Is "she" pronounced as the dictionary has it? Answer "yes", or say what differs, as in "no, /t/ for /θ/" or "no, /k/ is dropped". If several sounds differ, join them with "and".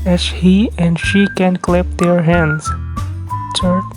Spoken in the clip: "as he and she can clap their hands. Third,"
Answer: yes